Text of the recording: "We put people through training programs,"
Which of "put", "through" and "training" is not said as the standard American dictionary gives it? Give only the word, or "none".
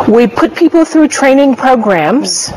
none